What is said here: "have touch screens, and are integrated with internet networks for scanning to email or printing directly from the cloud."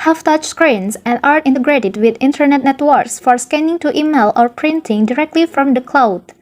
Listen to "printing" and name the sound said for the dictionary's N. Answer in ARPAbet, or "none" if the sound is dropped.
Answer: N